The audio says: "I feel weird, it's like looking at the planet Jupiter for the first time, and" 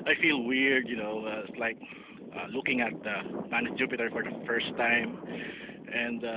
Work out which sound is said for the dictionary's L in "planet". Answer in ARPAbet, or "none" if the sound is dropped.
none